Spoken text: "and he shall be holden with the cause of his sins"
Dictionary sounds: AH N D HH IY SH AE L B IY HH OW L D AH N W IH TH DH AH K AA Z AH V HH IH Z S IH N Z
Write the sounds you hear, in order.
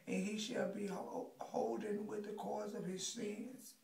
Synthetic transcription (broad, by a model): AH N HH IY SH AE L B IY HH OW L D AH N W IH DH AH K AA Z AH V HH IH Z S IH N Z